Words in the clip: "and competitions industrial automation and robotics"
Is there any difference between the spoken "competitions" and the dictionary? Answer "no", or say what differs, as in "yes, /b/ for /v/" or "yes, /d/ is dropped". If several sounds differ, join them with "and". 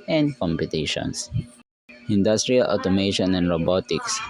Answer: yes, /s/ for /z/